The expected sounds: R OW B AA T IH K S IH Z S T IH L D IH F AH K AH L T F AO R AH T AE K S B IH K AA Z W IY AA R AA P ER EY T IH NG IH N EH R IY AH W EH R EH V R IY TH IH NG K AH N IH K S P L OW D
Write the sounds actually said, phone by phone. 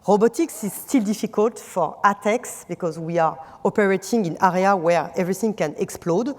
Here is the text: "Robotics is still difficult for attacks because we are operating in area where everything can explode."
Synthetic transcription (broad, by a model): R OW B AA T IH K S IH Z S T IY L D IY F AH K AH L T F AO R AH T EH K S B IH K AA Z W IY AA R AA P ER EY T IH NG IH N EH R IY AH W EH R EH V R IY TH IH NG K AH N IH K S P L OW D